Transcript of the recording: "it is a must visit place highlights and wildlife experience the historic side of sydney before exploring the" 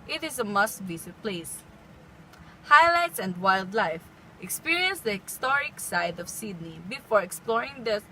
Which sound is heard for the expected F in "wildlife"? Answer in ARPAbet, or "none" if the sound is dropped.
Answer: F